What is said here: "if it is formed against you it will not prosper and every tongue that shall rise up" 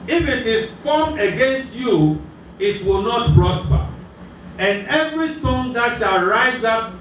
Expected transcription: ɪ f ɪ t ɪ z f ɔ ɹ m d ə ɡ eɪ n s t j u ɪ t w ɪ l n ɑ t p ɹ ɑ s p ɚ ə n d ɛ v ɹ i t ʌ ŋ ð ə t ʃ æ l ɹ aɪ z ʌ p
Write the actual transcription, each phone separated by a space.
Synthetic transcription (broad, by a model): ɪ f ɪ t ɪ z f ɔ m ə ɡ eɪ n s t j u ɪ t w ɪ l n ɑ t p ɹ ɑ s p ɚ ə n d ɛ v ɹ i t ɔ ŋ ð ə t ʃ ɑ l ɹ aɪ z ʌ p